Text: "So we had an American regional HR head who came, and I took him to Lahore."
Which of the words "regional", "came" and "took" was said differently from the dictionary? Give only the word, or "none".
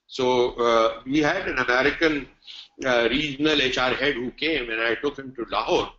regional